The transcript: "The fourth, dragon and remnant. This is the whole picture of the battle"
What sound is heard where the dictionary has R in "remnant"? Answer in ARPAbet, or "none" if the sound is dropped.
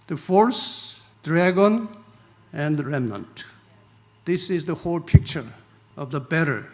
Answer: R